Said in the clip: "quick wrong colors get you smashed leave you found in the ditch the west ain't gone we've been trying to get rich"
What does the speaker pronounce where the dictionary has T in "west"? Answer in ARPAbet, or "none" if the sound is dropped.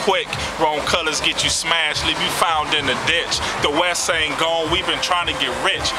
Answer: none